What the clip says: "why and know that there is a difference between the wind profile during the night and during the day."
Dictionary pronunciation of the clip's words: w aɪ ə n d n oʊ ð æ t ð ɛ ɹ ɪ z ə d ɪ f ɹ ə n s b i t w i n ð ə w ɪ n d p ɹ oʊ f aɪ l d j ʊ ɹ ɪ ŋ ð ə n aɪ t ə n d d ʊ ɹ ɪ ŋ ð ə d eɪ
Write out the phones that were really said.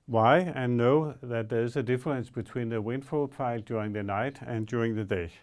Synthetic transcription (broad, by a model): w aɪ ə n n oʊ ð æ t ð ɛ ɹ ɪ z ə d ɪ f ɹ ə n s b i t w i n ð ə w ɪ n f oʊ p aɪ l d j ʊ ɹ ɪ ŋ ð ə n aɪ t ə n d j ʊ ɹ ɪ ŋ ð ə d eɪ